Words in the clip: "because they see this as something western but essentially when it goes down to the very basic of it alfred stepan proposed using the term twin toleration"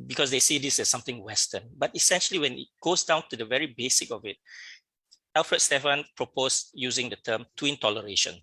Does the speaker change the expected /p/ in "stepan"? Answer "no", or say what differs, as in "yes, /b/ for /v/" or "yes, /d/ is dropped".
yes, /f/ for /p/